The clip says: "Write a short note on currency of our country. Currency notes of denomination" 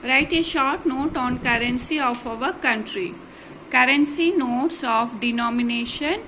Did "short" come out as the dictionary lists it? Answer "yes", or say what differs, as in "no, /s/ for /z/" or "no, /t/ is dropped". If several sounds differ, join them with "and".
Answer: yes